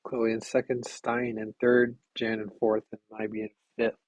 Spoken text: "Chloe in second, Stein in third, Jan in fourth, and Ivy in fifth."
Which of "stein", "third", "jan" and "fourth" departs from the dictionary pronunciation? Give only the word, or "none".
none